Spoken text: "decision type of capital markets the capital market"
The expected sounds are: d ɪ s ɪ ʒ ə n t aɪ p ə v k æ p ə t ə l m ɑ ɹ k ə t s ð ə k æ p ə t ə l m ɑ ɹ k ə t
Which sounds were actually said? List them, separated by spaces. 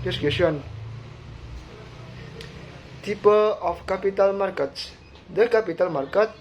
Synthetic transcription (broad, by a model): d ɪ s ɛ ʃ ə n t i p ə p k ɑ p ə t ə l m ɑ ɹ k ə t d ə k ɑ p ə t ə l m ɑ ɹ k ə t